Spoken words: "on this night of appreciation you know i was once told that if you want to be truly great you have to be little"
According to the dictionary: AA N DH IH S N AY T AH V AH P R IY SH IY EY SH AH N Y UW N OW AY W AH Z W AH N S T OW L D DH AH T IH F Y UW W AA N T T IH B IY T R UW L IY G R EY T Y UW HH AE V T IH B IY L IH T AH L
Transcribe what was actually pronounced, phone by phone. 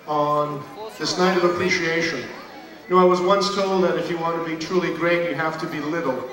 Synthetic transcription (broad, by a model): N DH IH S N AY T AH V AH P R IY SH IY EY SH AH N N OW AY W AH Z W AH N S T OW L D DH AH T IH F Y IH W AA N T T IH B IY T R UW L IY G R EY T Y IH HH AE F T IH B IY L IH T L